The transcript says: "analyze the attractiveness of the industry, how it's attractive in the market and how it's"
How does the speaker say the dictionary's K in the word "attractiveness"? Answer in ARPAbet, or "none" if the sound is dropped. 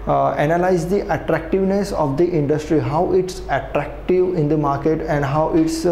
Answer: K